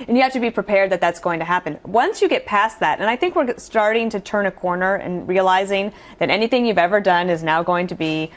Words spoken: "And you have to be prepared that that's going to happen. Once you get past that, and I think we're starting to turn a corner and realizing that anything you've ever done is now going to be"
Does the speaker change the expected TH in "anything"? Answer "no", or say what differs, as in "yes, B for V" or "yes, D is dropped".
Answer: no